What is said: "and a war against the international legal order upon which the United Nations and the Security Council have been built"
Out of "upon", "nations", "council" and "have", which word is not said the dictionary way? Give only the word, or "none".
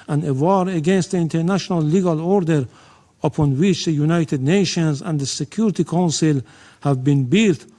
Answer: none